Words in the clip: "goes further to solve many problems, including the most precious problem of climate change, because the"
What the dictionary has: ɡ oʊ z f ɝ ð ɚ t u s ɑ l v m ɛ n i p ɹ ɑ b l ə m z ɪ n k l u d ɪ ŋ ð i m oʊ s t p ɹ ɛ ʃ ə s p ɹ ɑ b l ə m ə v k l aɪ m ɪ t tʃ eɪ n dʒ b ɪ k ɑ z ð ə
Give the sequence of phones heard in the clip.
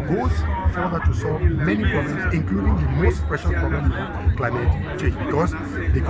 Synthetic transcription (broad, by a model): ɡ oʊ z f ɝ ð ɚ t u s ɑ l v m ɛ n i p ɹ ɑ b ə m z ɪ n k l u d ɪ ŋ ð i m oʊ s t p ɛ ʃ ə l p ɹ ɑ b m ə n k l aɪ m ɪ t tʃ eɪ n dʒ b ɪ k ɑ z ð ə